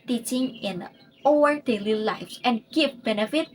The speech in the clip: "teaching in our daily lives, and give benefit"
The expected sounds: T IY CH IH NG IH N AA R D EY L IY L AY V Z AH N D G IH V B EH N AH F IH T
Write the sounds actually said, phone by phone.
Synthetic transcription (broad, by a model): T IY CH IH NG IH N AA L D EY L IY L AY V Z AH N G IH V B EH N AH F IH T